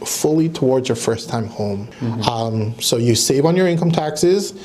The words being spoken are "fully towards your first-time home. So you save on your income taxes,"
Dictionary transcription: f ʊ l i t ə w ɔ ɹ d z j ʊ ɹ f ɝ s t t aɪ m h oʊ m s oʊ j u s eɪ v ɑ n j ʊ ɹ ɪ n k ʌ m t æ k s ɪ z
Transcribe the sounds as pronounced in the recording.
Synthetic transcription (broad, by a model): f ʊ l i t ə w ɔ ɹ d z j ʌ ɹ f ɝ s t t aɪ m h oʊ m s oʊ j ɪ s eɪ v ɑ n j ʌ ɹ ɪ n k ʌ m t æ k s ɪ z